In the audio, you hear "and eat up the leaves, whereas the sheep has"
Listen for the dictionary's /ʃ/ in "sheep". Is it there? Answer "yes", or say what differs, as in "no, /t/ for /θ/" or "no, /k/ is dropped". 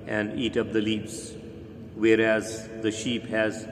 yes